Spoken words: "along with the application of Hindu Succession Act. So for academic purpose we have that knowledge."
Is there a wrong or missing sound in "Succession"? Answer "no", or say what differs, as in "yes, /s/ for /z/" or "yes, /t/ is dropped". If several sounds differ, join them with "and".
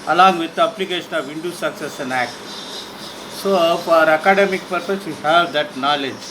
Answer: yes, /s/ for /ʃ/